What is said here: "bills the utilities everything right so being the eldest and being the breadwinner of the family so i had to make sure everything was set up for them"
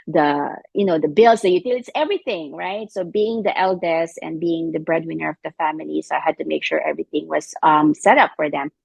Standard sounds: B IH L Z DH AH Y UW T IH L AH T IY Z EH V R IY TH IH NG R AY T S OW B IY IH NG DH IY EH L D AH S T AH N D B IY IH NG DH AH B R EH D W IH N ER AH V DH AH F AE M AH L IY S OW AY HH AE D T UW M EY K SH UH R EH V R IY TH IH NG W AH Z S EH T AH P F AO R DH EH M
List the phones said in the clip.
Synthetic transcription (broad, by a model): B IH L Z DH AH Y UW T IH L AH T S EH V R IY TH IH NG R AY T S OW B IY IH NG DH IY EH L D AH S AH N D B IY IH NG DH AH B R EH D W IH N ER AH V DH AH F AE M AH L IY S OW AY HH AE D T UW M EY K SH UH R EH V R IY TH IH NG W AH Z S EH T AH P F AO R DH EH M